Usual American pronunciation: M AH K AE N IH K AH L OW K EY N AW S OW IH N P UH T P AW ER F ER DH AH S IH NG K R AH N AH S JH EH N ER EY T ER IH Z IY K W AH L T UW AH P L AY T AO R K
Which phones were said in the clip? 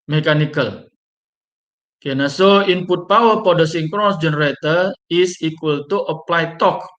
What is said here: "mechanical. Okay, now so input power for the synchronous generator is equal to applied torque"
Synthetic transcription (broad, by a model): M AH K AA N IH K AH L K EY N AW S OW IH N P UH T P AW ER P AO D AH S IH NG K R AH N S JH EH N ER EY T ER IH S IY K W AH L T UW AH P L AY T AO K